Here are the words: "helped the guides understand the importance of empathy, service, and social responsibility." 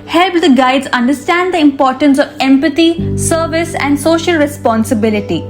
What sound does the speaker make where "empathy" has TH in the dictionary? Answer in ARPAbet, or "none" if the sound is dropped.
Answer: T